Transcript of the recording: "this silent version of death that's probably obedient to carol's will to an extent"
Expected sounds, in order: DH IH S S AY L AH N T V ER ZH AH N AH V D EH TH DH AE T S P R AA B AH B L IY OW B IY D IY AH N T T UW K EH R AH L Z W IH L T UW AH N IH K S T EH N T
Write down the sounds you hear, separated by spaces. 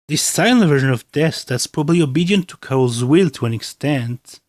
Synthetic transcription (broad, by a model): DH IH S S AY N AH V ER ZH AH N AH V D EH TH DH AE T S P R AA B AH B L IY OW B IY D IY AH N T T UW K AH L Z W IH L T UW AH N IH K S T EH N T